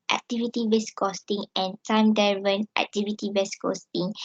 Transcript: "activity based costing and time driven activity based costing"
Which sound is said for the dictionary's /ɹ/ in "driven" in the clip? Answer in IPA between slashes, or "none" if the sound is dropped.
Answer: none